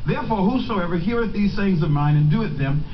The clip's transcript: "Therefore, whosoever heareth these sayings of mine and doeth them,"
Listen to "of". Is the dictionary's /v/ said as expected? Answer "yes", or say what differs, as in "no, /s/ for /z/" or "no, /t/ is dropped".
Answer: yes